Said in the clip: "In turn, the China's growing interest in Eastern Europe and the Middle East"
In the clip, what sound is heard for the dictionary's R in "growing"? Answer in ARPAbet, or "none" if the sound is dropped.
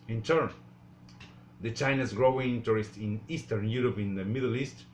R